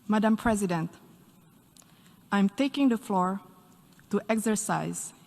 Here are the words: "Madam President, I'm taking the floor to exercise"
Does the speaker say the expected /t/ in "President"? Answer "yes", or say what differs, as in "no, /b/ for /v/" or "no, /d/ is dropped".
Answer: yes